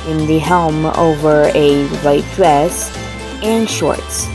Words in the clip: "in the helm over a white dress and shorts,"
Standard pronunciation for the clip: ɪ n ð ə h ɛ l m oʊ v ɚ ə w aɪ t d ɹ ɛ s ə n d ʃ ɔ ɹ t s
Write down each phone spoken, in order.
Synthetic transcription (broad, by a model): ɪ n ð ə h ɛ l m oʊ v ɚ ə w aɪ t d ɹ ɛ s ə n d ʃ ɔ ɹ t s